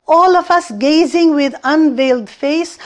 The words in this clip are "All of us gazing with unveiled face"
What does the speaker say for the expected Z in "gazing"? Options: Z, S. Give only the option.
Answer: Z